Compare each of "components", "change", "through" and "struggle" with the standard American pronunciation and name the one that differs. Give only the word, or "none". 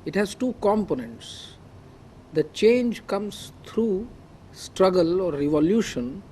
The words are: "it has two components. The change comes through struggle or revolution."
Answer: through